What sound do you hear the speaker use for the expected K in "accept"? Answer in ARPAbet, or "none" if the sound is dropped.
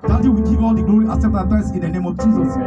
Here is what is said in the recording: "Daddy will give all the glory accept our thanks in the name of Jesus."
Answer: none